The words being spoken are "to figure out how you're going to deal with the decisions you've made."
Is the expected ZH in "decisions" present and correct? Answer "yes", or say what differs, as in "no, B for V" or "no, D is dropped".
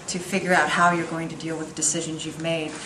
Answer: yes